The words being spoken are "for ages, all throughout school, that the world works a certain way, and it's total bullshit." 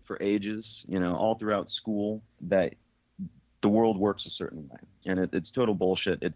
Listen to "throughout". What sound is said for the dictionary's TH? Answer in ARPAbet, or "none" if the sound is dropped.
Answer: TH